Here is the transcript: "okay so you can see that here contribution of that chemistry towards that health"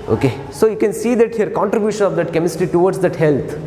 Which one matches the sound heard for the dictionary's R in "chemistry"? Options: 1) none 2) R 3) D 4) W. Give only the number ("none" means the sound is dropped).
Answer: 1